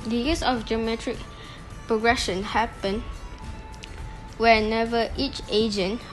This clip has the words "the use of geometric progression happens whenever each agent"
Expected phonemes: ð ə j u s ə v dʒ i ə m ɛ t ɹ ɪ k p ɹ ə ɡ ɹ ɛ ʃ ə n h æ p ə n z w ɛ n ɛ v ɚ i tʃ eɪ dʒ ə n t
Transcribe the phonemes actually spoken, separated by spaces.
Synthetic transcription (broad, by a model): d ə j u s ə f dʒ i ə m ɛ t ɹ ɪ k p ɹ ə ɡ ɹ ɛ ʃ ə n h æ p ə n w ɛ n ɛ v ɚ i tʃ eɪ dʒ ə n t